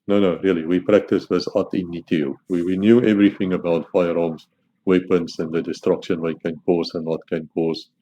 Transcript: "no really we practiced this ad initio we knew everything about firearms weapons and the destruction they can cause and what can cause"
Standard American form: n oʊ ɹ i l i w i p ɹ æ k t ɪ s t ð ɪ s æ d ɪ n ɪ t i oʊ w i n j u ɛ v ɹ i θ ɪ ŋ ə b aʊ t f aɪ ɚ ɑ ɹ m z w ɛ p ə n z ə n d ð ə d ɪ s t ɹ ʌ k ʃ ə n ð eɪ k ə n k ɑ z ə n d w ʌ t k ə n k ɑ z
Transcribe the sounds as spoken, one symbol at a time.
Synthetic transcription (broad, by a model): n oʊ ɹ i l i w i p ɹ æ k t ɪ s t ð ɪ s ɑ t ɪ n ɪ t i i w i n j u ɛ v ɹ i θ ɪ ŋ ə b aʊ t f aɪ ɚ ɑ m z w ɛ p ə n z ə n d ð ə d ɪ s t ɹ ʌ k ʃ ə n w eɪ k ə n k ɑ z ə n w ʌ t k ə n k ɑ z